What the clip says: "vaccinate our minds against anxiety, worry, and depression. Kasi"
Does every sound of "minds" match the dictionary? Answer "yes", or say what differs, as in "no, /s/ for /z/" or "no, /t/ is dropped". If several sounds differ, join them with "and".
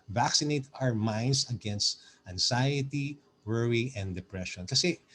no, /s/ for /z/